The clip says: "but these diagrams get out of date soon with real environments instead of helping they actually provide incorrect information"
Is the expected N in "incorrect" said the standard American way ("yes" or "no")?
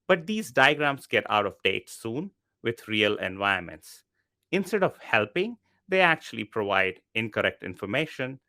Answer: yes